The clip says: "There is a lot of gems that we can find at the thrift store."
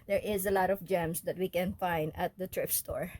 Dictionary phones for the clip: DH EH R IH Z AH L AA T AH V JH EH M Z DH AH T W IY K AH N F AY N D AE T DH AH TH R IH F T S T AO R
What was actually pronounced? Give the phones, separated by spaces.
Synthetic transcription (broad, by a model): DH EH R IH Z AH L AA T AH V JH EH M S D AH T W IY K AH N F AY N D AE T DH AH T R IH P S T AO R